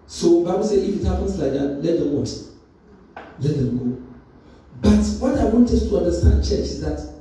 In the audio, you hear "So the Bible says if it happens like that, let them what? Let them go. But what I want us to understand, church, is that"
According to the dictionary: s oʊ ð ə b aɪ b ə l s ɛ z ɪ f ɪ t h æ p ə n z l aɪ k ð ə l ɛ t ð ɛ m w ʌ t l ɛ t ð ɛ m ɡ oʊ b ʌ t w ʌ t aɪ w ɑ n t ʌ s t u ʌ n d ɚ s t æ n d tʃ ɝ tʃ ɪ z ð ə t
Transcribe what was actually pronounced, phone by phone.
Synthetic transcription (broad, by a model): s oʊ b aɪ b ə l s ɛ ɪ f ɪ t h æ p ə n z l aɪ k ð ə l ɛ t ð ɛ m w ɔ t l ɛ t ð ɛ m ɡ oʊ b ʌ t w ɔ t aɪ w ɑ n t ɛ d t u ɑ n d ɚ s t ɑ n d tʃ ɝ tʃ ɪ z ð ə t